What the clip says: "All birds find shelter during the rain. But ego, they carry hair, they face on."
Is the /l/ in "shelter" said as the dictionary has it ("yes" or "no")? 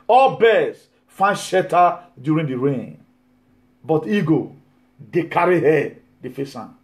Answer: no